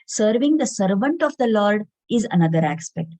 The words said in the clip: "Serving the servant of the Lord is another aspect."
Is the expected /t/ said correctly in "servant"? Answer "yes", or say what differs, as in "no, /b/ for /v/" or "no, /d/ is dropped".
yes